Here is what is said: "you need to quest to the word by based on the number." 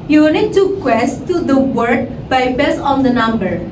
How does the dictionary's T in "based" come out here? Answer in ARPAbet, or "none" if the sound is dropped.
none